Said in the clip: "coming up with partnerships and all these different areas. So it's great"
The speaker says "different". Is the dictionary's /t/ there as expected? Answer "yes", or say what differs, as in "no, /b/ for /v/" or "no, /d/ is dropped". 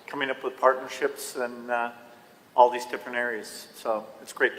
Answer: no, /t/ is dropped